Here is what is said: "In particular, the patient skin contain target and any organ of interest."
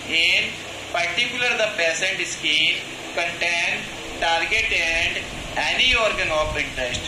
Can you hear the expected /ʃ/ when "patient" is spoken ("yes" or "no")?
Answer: no